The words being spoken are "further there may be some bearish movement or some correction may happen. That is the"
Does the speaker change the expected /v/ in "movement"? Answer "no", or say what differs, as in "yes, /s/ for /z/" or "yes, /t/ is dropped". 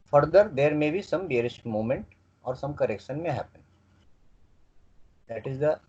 yes, /v/ is dropped